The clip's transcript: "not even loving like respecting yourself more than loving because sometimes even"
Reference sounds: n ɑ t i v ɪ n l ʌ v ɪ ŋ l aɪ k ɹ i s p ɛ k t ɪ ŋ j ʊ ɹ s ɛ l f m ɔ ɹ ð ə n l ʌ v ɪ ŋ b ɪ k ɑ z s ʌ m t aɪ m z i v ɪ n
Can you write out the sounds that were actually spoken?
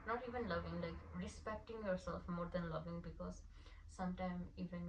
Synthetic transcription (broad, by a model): n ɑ t i v ɪ n l ʌ v ɪ ŋ l aɪ k ɹ i s p ɛ k t ɪ ŋ j ʊ ɹ s ɛ l f m ɔ ɹ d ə n l ʌ v ɪ ŋ b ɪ k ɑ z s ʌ m t aɪ m i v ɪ n